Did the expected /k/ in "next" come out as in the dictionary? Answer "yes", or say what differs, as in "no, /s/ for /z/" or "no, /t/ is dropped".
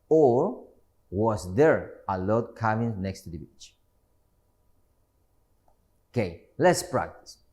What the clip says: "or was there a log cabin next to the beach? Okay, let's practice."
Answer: yes